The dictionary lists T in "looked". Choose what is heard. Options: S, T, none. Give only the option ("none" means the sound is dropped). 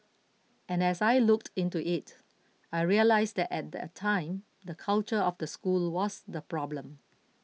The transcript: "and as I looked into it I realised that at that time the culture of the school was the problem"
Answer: T